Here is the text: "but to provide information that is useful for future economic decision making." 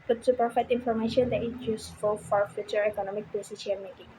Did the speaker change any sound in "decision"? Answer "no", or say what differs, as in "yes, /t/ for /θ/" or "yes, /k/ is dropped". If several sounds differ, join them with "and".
yes, /ʃ/ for /ʒ/